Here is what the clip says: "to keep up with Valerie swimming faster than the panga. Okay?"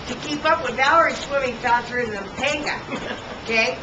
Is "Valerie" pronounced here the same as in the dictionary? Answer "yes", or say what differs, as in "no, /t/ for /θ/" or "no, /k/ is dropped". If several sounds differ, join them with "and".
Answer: no, /l/ is dropped